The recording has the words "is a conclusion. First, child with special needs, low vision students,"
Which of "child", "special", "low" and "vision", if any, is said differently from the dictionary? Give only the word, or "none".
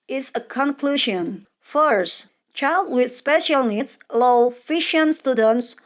vision